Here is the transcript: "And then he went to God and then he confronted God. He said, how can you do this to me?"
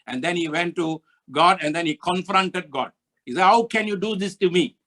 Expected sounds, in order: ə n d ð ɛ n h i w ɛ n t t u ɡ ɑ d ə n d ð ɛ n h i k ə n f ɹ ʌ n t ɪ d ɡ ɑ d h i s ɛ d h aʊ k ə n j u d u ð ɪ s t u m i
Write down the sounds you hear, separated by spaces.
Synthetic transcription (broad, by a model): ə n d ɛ n h i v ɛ n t t u ɡ ɑ d ə n d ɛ n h i k ə n f ɹ ʌ n t ɪ d ɡ ɑ d h i s ɛ d h aʊ k ə n j u d u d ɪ s t u m i